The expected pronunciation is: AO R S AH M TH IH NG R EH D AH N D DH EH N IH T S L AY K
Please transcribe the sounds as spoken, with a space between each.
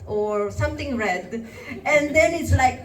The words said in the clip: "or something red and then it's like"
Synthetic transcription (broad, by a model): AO R S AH M T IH NG R EH D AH N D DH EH N IH T S L AY K